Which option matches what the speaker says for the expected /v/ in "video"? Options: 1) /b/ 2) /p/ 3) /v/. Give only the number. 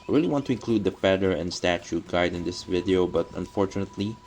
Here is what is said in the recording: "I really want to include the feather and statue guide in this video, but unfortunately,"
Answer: 3